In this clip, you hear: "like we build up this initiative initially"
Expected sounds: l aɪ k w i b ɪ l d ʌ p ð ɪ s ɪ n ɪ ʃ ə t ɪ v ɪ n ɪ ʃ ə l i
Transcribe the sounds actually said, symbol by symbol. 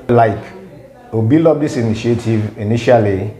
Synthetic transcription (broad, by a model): l aɪ k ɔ b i l ɔ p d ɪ s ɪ n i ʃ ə t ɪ v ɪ n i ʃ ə l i